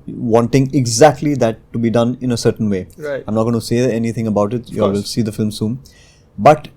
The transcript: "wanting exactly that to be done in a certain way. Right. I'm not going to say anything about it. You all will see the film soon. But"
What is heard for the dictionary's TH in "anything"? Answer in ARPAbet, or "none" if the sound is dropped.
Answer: T